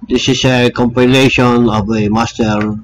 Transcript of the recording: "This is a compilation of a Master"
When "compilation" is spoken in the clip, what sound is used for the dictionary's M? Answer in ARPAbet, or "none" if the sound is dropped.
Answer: M